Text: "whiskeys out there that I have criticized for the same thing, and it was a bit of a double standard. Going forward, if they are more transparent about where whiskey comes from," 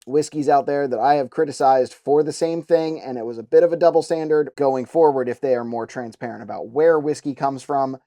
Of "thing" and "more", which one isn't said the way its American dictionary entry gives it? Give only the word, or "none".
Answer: none